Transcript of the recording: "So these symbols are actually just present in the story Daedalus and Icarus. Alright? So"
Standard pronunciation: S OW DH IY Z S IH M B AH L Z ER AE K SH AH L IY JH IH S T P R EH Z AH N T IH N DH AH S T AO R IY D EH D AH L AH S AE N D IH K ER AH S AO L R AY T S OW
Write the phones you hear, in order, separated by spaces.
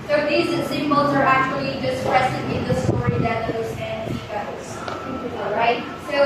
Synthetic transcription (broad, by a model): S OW DH IY Z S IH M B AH L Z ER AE K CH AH L IY JH IH S T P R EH S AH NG IH N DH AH S T AO R IY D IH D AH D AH S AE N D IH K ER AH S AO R AY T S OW